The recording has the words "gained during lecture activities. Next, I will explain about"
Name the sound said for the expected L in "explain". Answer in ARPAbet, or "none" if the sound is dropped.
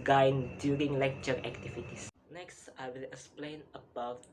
L